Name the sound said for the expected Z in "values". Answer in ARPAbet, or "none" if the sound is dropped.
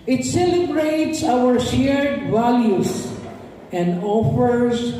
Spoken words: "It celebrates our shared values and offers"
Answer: S